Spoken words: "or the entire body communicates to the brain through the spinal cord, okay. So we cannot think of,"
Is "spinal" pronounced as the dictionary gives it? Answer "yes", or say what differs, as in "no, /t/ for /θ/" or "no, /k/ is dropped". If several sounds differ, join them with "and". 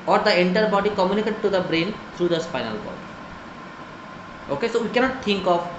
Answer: no, /f/ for /p/